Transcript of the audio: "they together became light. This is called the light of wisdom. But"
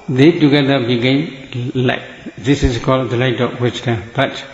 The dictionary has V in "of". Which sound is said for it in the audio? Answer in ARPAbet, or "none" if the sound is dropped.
P